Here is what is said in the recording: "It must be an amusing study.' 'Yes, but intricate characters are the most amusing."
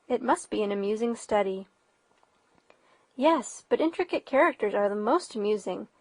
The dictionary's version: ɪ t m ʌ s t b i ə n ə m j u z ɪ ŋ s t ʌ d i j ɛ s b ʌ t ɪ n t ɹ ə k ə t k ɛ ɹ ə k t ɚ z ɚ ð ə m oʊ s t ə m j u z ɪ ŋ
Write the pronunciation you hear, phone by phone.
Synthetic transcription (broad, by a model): ɪ t m ʌ s t b i ə n ə m j u z ɪ ŋ s t ʌ d i j ɛ s b ʌ t ɪ n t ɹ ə k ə t k ɛ ɹ ə k t ɚ z ɚ ð ə m oʊ s t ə m j u z ɪ ŋ